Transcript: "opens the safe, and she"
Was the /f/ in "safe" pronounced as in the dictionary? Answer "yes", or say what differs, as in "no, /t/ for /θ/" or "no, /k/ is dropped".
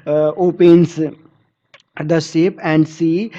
no, /p/ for /f/